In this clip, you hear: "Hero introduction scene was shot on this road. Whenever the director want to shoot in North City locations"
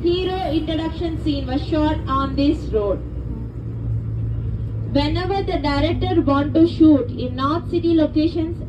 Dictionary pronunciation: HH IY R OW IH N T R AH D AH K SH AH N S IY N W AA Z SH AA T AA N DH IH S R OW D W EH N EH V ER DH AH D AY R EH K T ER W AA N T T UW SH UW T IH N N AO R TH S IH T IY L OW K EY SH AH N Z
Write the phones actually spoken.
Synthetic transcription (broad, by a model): HH IY R OW IH N T R AH D AH K SH AH N S IY N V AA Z SH AA T AA N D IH S R OW D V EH N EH V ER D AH D AY R EH K T ER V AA N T T UW SH UW T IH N N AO R T S IH T IY L OW K EY SH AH N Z